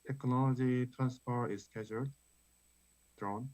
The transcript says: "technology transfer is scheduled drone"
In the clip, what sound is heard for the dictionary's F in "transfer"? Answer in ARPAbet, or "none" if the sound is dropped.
P